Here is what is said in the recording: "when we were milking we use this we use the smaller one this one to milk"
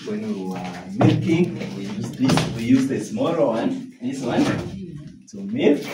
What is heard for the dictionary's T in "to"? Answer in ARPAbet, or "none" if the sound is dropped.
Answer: S